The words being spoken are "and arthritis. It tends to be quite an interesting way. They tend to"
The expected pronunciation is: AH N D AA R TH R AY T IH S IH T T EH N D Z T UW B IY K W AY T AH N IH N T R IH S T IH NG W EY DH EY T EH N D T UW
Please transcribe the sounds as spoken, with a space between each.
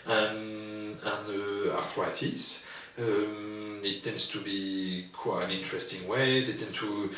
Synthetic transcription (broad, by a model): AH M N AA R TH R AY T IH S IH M T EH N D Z T UW B IY K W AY AH N IH N T R IH S T IH NG W EY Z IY T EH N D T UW